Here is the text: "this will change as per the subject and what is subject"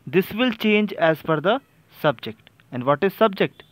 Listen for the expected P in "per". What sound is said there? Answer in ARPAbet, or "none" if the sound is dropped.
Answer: F